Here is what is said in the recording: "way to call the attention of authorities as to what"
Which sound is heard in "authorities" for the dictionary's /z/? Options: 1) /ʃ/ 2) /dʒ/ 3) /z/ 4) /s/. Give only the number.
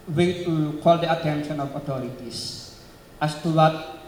4